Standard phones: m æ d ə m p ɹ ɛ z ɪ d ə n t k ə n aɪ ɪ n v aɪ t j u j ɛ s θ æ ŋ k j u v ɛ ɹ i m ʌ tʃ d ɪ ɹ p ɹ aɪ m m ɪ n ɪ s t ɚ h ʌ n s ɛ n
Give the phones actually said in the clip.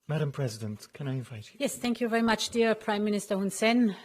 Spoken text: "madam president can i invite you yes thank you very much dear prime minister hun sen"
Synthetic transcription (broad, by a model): m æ d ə m p ɹ ɛ z ɪ d ə n t k ə n aɪ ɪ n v aɪ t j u j ɛ s θ æ ŋ k j u v ɛ ɹ i m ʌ tʃ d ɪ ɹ p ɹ aɪ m m ɪ n ɪ s t ɚ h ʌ n s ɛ n